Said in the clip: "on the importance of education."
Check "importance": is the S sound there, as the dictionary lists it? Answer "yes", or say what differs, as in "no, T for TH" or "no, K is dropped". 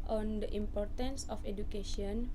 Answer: yes